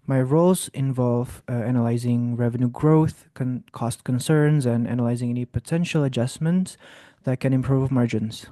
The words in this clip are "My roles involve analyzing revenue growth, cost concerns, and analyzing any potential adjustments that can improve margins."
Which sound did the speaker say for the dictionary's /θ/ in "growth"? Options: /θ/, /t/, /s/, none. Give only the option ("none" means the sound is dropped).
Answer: /θ/